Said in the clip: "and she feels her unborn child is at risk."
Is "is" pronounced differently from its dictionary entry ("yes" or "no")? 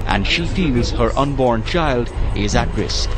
no